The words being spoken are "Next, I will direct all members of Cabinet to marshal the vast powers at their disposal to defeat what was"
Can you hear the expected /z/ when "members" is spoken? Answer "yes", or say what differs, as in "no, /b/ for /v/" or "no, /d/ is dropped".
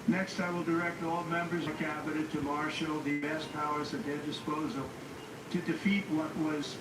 yes